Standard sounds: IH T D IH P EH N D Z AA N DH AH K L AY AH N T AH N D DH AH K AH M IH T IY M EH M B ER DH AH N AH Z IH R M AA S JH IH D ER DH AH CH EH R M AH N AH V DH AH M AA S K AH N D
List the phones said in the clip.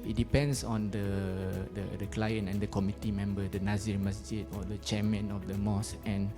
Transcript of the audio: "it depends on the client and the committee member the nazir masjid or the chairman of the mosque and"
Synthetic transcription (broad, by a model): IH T D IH P EH N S AA N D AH K L AY AH N T AH N D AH K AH M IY T IY M EH M B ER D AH N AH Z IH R M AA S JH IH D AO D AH CH EH M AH N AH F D AH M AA S AH N